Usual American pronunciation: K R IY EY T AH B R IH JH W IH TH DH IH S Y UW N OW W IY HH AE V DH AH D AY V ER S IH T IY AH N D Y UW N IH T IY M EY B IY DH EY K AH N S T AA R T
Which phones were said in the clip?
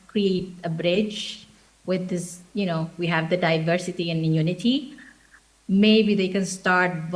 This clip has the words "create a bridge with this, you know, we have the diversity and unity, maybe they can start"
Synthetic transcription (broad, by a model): K R IY EY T AH B R IH JH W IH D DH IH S Y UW N OW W IY HH AE V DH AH D AY V ER S IH T IY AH N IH Y UW N IH T IY M EY B IY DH EY K AH N S T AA R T